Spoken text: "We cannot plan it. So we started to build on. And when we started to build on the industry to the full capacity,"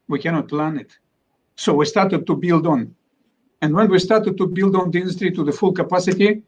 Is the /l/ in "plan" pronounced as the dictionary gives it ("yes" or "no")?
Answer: yes